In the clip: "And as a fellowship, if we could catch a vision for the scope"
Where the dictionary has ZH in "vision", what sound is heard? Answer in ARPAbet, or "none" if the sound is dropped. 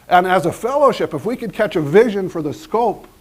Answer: ZH